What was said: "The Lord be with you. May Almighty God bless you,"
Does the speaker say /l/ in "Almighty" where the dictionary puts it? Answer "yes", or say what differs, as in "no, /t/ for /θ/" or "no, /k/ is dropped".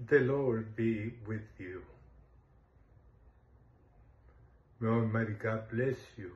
no, /l/ is dropped